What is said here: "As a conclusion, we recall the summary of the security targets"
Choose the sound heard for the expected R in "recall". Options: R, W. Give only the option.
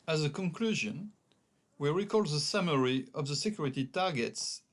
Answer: R